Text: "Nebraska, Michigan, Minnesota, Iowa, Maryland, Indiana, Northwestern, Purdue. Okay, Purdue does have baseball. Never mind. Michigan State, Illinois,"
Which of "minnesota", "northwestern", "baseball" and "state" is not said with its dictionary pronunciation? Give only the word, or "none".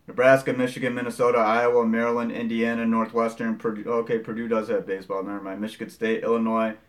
none